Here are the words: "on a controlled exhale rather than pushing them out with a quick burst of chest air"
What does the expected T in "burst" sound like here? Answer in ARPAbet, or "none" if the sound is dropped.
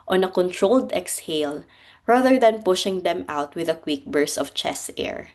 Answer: none